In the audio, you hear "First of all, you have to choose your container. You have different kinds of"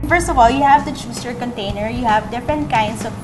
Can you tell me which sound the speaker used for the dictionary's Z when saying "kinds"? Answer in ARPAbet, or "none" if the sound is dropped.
S